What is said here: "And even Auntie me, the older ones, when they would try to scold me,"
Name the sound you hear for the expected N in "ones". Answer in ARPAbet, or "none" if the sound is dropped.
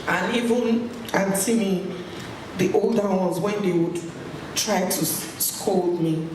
none